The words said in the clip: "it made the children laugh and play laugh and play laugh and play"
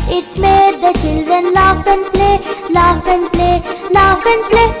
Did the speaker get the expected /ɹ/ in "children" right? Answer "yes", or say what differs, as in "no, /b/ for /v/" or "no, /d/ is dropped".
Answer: no, /ɹ/ is dropped